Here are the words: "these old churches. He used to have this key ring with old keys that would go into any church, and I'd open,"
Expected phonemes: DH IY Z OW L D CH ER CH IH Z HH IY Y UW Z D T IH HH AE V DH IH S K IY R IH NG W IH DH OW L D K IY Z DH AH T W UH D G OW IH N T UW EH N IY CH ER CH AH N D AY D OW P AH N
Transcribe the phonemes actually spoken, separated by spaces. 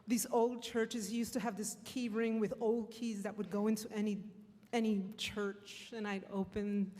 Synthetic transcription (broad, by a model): DH IY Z OW L D CH ER CH IH Z Y UW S T IH V DH IH S K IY R IH NG W IH DH OW L D K IY Z DH AH T W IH D G OW IH N T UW EH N IY CH ER CH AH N AY D OW P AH N